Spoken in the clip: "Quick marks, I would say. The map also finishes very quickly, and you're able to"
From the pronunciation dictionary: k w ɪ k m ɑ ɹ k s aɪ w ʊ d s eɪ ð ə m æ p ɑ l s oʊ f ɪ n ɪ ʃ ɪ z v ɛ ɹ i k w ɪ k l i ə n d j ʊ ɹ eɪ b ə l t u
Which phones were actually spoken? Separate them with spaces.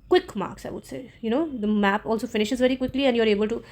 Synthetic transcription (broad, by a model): k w ɪ k m ɑ ɹ k s aɪ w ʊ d s eɪ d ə m æ p ɑ l s oʊ f ɪ n ɪ ʃ ɪ z v ɛ ɹ i k w ɪ k l i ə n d j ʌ ɹ eɪ b ə l t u